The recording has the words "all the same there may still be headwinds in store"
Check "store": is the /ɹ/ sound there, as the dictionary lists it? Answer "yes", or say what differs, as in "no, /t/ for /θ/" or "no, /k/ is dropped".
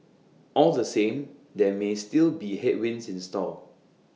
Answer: no, /l/ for /ɹ/